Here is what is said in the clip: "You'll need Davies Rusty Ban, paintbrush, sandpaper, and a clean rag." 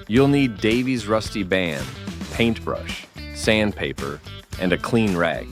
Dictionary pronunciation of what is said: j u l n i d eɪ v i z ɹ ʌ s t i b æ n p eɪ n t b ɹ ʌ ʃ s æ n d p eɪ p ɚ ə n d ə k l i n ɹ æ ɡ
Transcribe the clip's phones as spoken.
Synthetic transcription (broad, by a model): j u l n i d eɪ v i z ɹ ʌ s t i b æ n p eɪ n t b ɹ ʌ ʃ s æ n p eɪ p ɚ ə n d ə k l i n ɹ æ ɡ